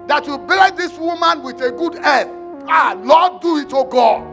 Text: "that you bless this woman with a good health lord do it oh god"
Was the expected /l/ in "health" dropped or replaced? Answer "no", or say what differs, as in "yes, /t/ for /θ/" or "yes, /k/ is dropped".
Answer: yes, /l/ is dropped